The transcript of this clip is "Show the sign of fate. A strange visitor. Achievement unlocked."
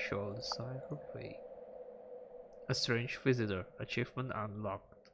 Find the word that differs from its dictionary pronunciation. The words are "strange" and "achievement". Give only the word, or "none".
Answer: none